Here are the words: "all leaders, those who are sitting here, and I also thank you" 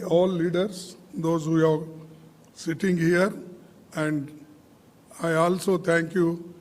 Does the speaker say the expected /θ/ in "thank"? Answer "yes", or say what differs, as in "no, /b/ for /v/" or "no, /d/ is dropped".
no, /t/ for /θ/